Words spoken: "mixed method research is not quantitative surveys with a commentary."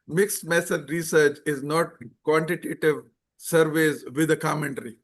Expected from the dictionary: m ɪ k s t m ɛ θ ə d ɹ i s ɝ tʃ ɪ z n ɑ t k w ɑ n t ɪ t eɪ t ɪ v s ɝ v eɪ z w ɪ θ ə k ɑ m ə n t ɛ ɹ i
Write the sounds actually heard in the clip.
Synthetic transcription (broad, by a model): m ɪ k s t m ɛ s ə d ɹ i s ɝ tʃ ɪ z n ɑ t k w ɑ n t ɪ t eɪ t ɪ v s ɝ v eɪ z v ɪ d ə k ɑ m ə n t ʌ ɹ i